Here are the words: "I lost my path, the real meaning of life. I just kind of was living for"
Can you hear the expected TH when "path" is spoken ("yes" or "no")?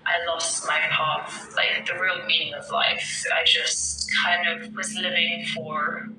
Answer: no